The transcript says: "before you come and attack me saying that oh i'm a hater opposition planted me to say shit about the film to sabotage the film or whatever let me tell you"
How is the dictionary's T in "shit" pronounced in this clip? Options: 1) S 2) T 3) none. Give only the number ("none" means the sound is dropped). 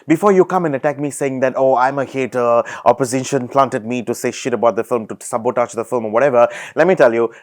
2